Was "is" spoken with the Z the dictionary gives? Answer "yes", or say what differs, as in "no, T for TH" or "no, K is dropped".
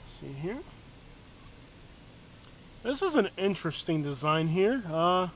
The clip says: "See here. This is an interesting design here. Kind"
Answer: yes